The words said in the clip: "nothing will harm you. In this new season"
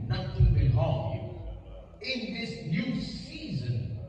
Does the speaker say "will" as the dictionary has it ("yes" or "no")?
no